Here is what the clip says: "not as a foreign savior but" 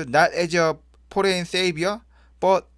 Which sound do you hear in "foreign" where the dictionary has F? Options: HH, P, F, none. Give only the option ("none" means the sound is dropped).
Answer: P